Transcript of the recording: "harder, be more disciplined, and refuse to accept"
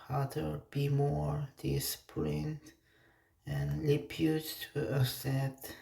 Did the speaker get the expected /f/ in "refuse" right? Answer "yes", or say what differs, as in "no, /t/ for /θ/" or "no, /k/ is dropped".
no, /p/ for /f/